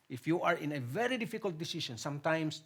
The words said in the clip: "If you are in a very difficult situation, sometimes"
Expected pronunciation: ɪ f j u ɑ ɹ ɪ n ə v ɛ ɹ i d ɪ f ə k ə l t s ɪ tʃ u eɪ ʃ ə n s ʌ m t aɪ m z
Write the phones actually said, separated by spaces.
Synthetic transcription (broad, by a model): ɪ f j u ɑ ɹ ɪ n ə v ɛ ɹ i d ɪ f ə k ə l t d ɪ s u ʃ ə n s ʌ m t aɪ m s